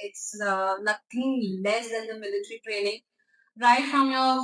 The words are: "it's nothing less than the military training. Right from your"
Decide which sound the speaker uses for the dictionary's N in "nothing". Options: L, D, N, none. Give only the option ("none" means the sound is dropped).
L